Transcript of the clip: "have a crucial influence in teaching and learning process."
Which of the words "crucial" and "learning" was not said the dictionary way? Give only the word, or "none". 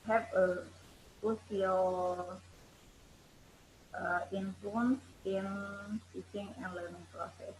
crucial